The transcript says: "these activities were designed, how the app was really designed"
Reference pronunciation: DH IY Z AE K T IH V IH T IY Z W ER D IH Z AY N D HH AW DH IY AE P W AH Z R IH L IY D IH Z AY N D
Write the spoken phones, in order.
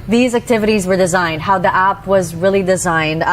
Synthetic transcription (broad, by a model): DH IY Z AE K T IH V IH T IY Z W ER D IH Z AY N D HH AW DH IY AE P W AH Z R IH L IY D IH Z AY N D